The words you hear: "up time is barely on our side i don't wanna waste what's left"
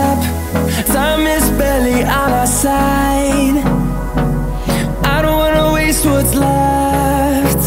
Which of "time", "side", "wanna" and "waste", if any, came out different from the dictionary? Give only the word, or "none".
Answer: time